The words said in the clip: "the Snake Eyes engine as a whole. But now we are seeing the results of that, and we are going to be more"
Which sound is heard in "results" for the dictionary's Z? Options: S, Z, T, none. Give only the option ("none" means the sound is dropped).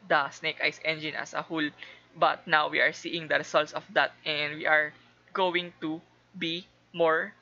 S